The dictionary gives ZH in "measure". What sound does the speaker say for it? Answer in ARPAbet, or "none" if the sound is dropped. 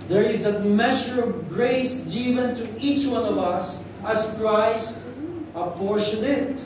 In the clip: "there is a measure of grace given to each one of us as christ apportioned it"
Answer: SH